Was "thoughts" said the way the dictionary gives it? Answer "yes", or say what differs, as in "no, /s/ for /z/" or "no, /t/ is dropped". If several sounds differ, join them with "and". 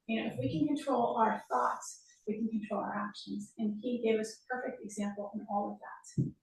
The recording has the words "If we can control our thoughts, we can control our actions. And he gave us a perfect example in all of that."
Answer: yes